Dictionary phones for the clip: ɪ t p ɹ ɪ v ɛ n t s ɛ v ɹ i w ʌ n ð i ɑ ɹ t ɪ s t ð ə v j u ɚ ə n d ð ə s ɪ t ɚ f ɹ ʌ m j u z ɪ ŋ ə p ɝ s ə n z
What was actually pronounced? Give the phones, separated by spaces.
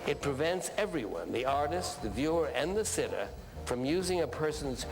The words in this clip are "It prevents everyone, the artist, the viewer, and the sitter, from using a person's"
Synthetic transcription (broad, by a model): ɪ t p ɹ ɪ v ɛ n t s ɛ v ɹ i w ʌ n ð i ɑ ɹ t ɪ s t ð ə v j u ɚ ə n ð ə s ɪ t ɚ f ɹ ʌ m j u z ɪ ŋ ə p ɝ s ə n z